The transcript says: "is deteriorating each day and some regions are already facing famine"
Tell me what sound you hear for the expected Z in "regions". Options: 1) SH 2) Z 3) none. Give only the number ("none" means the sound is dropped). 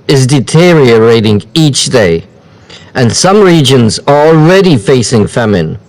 2